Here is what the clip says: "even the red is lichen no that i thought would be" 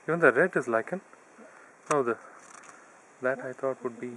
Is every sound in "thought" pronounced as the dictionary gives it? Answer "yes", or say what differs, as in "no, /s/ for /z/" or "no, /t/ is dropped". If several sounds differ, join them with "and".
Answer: no, /t/ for /θ/